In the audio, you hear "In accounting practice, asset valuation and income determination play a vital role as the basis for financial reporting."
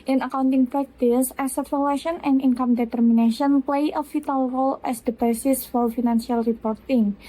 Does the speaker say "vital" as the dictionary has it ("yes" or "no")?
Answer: no